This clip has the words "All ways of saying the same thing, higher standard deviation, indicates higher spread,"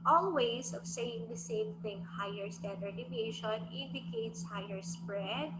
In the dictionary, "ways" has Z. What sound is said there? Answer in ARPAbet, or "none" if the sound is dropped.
S